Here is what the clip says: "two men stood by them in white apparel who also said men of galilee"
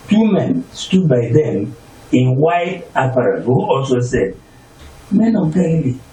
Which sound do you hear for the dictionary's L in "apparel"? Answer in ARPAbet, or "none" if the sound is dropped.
N